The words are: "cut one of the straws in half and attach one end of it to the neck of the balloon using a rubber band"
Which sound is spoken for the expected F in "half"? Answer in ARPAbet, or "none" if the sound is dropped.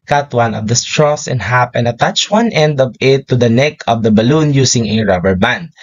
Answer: P